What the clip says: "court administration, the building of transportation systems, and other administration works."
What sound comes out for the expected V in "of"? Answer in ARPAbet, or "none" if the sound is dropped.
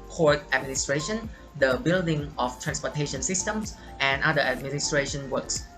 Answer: F